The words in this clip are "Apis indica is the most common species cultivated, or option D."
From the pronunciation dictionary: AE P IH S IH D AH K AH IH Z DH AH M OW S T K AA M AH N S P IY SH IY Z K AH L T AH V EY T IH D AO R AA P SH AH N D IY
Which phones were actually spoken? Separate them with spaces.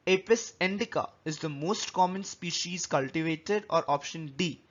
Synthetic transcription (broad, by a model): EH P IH S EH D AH K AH IH Z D AH M OW S T K AA M AH N S P IY SH IY Z K AH L T AH V EY T IH D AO R AA P SH AH N D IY